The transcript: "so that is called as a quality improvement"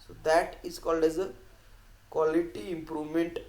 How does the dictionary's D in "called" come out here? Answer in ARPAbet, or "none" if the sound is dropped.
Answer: D